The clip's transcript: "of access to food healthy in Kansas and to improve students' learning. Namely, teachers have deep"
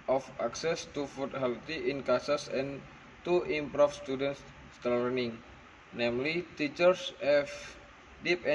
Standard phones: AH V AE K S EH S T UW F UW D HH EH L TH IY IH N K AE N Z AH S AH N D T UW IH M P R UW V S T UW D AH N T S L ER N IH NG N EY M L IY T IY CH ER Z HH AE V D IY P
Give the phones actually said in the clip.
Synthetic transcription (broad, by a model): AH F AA K S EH S T UW F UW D HH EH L T IY IH N K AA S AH S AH N T UW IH M P R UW F S T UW D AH N S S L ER N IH NG N EY M L IY T IY CH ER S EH F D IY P